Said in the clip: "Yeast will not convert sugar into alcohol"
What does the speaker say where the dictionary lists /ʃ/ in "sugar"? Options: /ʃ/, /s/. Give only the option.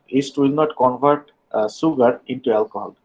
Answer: /s/